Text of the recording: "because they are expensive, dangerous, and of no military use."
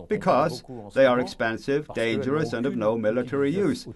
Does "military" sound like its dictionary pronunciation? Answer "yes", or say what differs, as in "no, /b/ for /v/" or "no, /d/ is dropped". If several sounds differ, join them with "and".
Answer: yes